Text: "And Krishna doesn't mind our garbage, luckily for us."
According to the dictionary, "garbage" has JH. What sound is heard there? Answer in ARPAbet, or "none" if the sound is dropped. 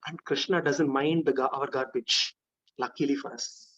CH